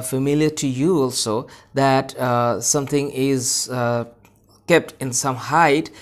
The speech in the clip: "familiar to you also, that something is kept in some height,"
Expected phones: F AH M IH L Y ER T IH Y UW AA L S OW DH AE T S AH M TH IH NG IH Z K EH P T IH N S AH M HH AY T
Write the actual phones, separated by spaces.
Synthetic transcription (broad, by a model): F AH M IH L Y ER T IH Y UW AA L S OW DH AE T S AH M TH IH NG IH Z K EH P T IH N S AH M HH AY T